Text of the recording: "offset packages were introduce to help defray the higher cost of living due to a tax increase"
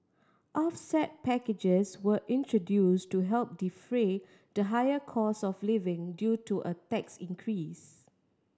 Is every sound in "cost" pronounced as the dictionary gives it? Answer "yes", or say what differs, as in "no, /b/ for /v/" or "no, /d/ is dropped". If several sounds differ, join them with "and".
no, /t/ is dropped